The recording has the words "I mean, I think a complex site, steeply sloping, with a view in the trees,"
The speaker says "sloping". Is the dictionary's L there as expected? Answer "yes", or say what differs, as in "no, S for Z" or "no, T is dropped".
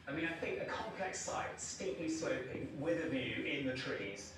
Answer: no, L is dropped